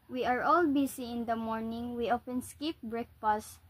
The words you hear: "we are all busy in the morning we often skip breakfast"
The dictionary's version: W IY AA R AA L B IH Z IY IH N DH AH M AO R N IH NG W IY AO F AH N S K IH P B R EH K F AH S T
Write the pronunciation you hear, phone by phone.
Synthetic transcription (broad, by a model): W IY AA R AA L B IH S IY IH N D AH M AO R N IH NG W IY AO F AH N S K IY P B R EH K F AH S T